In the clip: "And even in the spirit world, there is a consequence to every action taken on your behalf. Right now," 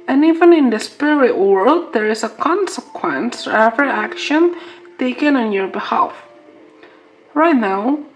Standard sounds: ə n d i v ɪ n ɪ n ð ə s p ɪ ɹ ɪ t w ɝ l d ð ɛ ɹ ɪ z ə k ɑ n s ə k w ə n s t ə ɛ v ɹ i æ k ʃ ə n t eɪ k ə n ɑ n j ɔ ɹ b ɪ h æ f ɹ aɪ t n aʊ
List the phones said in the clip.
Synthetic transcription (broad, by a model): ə n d i v ɪ n ɪ n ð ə s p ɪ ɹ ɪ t w ɝ l d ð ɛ ɹ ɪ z ə k ɑ n s ə k w ə n s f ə ɛ v ɹ i æ k ʃ ə n t eɪ k ə n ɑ n j ɔ ɹ b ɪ h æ f ɹ aɪ t n aʊ